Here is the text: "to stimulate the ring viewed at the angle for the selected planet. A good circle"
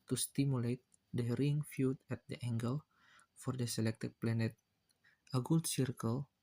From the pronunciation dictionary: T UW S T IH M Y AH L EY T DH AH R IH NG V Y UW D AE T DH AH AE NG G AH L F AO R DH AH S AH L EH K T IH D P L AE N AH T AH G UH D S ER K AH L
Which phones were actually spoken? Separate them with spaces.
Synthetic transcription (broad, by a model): T UW S T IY M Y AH L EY T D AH R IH NG F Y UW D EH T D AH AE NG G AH L F AO R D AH S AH L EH K T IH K P L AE N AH T AH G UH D S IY K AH L